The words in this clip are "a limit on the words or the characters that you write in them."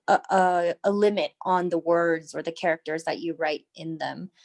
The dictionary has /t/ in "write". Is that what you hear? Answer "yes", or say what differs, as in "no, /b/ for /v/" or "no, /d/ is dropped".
yes